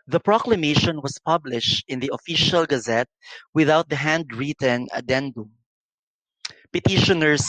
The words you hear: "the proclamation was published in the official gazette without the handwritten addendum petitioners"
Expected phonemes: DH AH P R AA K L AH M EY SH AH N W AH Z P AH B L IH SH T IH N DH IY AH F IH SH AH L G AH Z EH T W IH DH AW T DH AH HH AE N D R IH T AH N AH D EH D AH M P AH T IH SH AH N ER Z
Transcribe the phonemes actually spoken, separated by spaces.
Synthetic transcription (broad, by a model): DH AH P R AA K L AH M EY SH AH N W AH S P AH B L IH SH T IH N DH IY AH F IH SH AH L G AH Z EH T W IH DH AW T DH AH HH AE N D R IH T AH N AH D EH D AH P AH T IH SH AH N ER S